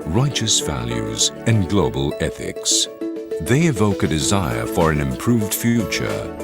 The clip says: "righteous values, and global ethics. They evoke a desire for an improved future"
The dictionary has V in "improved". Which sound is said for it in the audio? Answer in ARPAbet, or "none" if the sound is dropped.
V